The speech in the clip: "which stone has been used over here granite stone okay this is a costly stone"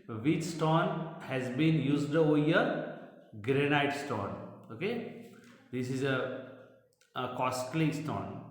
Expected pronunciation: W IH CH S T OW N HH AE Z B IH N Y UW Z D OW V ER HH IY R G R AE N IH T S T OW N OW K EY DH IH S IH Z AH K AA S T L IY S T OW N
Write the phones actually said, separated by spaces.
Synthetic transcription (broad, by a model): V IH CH S T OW N HH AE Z B IH N Y UW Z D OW AO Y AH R G R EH N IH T S T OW N OW K EY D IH S IH Z AH K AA S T L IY S T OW N